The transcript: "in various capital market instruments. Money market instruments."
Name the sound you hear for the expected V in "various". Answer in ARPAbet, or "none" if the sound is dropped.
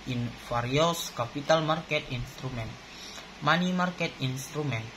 F